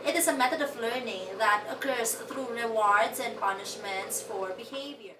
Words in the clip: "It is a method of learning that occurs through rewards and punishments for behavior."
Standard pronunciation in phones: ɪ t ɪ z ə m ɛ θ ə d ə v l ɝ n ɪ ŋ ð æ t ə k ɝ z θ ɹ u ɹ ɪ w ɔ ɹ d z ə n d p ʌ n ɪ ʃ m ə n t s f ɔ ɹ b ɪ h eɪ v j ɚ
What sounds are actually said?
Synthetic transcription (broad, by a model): ɪ t ɪ z ə m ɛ t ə d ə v l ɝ n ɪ ŋ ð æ t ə k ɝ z t ɹ u ɹ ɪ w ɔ ɹ d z ə n d p ʌ n ɪ ʃ m ə n t s f ɔ ɹ b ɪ h eɪ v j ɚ